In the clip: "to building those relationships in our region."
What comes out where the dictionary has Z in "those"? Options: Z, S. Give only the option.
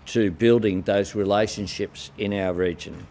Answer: Z